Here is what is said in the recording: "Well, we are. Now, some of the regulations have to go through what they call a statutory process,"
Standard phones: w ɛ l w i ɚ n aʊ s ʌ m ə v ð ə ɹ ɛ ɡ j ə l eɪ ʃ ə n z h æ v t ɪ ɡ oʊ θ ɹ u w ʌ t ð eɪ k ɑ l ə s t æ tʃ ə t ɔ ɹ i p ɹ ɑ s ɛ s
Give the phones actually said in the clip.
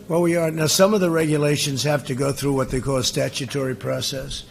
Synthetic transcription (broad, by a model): w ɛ l w i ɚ n aʊ s ʌ m ə v ð ə ɹ ɛ ɡ j ə l eɪ ʃ ə n z h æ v t ɪ ɡ oʊ θ ɹ u w ʌ t ð eɪ k ɑ l s t æ tʃ ə t ɔ ɹ i p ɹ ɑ s ɛ s